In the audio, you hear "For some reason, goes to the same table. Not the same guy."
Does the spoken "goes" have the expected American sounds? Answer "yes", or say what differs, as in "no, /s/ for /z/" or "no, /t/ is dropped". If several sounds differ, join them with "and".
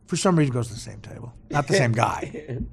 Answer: yes